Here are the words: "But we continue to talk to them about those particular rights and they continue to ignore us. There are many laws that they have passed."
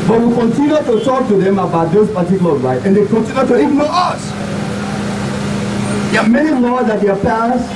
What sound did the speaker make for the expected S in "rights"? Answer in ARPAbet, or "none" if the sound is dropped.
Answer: none